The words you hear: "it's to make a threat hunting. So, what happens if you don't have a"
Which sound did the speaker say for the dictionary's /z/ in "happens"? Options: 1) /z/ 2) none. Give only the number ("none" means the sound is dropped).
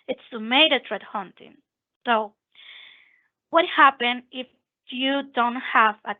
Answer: 2